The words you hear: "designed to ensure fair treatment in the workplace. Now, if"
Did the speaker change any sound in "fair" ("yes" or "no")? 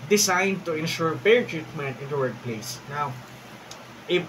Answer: yes